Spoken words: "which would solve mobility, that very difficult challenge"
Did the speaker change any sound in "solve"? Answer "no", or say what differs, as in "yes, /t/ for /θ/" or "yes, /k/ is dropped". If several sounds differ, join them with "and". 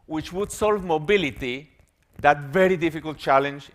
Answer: no